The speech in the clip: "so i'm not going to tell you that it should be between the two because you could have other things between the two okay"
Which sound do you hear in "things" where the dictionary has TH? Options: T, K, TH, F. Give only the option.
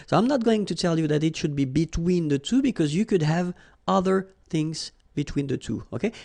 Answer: TH